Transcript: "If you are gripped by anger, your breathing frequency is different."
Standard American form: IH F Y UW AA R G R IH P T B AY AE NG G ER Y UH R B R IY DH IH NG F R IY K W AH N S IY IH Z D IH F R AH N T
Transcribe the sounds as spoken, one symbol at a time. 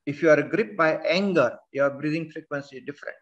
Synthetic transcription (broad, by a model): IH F Y UW AA R G R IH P B AY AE NG G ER Y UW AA B R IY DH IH NG F R IY K W AH N S IY D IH F R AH N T